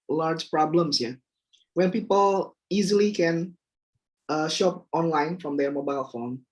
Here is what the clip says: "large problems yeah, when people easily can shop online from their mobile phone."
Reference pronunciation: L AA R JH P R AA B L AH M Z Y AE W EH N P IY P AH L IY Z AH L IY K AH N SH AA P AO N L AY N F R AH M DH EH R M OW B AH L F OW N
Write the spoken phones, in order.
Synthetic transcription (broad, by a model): L AA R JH P R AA B L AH M S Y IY W EH N P IY P AH L IY Z AH L IY K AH N SH AA P AO N L AY N F R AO M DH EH M OW B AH L F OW N